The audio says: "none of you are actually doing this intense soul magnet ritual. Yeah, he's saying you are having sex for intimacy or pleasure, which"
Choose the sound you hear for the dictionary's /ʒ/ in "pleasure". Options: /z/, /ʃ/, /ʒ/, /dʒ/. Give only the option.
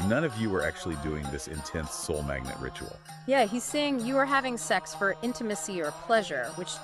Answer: /ʒ/